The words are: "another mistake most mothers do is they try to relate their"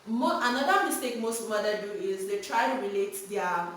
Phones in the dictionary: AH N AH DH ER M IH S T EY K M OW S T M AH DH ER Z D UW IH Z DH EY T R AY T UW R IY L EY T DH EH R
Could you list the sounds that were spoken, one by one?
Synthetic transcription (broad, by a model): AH N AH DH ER M IH S T EY K M OW S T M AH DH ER D UW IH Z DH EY T R AY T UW R IY L EY T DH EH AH